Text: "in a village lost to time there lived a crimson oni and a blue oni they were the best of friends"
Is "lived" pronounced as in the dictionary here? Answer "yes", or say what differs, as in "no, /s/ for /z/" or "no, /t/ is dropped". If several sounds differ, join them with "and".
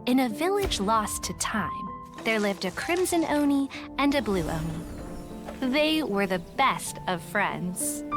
yes